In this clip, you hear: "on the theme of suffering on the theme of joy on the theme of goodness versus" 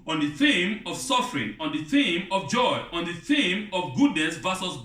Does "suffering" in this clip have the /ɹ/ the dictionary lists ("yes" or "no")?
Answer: yes